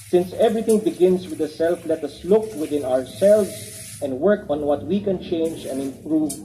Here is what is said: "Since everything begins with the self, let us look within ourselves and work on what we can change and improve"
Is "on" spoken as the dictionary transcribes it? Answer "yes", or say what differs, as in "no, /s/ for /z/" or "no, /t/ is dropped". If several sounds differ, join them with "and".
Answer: yes